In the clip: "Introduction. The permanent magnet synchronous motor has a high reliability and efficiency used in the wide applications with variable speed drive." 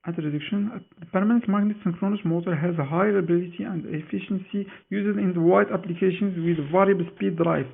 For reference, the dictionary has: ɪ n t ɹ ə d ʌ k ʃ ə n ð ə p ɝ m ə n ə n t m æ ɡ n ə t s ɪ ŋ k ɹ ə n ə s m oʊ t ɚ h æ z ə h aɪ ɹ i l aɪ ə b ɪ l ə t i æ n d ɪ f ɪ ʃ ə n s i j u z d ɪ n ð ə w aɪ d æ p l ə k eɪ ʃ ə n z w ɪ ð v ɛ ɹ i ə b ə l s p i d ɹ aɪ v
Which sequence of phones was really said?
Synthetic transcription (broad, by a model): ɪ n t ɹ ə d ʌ k ʃ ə n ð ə p ɝ m ə n ə n t m æ ɡ n ə t s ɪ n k ɹ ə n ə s m oʊ t ɚ h æ z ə h aɪ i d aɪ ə b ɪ l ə t i æ n d ɪ f ɪ ʃ ə n s i j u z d ɪ n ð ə w aɪ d æ p l ə k eɪ ʃ ə n z w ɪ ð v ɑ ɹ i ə b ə l s p i d ɹ aɪ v